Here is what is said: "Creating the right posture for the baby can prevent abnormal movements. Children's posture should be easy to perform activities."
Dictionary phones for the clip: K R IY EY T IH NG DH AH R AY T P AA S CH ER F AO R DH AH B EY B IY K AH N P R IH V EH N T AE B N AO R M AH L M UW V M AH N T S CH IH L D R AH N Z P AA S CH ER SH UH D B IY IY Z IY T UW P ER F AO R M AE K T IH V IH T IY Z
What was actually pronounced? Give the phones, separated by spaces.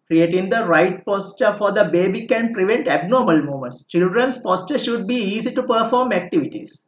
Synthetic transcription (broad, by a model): K R IY EY T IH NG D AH R AY T P AA S CH ER F AO R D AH B EY B IY K AH N P R IH V EH N T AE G N AO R M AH L M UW M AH N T S CH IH L D R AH N S P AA S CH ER SH UH D B IY IY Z IY T UW P ER F AO R M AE K T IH V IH T IY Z